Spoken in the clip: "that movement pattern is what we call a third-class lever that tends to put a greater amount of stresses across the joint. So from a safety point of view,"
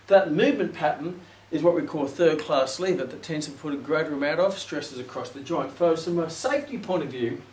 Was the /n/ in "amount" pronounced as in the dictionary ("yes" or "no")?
no